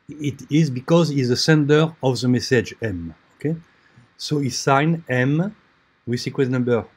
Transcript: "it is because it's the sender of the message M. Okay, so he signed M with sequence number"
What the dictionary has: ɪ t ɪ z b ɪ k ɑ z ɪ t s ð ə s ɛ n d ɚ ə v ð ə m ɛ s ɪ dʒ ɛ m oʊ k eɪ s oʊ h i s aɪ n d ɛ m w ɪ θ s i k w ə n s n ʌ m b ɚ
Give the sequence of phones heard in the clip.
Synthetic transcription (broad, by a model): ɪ t ɪ z b ɪ k ɑ z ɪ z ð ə s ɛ n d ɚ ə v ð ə m ɛ s ɪ dʒ ɛ m oʊ k eɪ s oʊ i s aɪ n ɛ m w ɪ s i k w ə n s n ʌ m b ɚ